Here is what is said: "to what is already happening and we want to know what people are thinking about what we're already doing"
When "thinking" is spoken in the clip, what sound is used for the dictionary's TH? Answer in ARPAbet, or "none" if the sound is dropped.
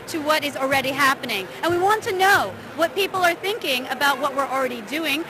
TH